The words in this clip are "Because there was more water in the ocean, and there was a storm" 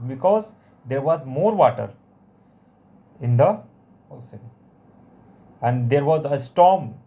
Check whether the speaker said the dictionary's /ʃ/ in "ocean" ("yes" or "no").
no